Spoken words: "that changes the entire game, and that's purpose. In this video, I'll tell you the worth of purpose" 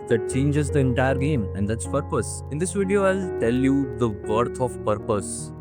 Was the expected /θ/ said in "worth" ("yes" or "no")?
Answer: no